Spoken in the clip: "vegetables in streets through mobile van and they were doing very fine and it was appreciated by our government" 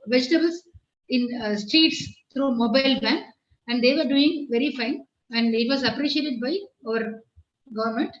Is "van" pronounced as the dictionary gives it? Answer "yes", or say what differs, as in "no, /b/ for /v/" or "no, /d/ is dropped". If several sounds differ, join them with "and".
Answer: no, /b/ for /v/